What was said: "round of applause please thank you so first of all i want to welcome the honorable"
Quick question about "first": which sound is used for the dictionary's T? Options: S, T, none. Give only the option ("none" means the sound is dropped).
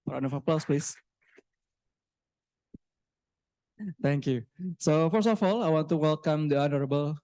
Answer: none